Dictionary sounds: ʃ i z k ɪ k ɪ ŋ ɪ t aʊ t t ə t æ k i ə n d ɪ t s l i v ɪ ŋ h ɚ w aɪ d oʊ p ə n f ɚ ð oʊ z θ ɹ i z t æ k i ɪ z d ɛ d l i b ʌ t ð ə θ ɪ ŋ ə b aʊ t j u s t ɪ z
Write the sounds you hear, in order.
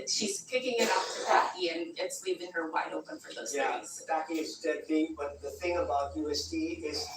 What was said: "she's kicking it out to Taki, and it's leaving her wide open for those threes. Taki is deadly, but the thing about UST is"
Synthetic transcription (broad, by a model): ʃ i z k ɪ k ɪ ŋ ɪ t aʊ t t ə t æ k i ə n ɪ t s l i v ɪ ŋ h ɚ w aɪ d oʊ p ə n f ɚ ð oʊ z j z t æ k i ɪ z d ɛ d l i b ʌ t ð ə θ ɪ ŋ ə b aʊ t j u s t ɪ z